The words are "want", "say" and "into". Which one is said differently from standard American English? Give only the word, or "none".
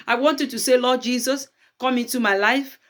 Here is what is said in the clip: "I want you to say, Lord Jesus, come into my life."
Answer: none